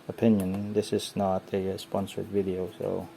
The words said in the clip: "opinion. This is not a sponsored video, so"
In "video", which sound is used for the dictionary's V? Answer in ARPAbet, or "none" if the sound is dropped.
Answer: V